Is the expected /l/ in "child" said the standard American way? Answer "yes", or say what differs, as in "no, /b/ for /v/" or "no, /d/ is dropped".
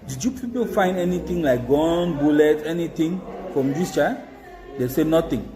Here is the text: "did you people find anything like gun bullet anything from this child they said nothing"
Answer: no, /l/ is dropped